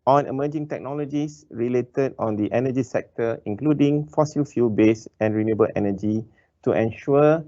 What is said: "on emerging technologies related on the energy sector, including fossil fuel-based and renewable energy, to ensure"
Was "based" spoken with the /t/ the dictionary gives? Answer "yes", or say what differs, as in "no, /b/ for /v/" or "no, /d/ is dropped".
no, /t/ is dropped